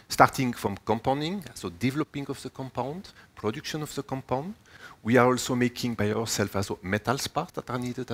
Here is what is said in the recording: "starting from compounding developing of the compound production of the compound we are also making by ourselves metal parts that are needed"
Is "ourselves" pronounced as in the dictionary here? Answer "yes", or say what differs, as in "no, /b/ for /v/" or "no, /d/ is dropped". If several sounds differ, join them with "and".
no, /f/ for /v/